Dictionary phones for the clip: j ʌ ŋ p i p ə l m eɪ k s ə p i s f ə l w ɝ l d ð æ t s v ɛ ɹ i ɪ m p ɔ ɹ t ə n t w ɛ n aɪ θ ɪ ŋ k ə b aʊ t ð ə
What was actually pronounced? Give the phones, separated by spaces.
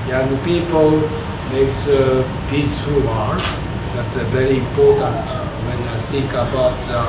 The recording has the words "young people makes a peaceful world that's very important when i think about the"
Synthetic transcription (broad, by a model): j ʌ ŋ p i p ə l m eɪ k s ə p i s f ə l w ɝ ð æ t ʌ v ɛ ɹ i ɪ m p ɔ ɹ t ə n t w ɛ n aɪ s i k ə b aʊ t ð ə